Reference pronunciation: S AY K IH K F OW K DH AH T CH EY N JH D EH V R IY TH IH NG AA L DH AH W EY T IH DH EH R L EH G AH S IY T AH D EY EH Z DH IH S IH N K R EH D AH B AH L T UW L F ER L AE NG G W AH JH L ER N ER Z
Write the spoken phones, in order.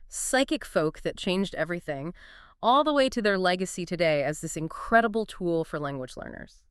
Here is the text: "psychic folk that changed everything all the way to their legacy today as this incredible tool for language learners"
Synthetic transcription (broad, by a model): S AY K IH K F OW K DH AH T CH EY N JH D EH V R IY TH IH NG AA L DH AH W EY T IH DH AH R L EH G AH S IY T AH D EY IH Z DH IH S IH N K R EH D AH B L T UW L F ER L AE NG G W AH JH L ER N ER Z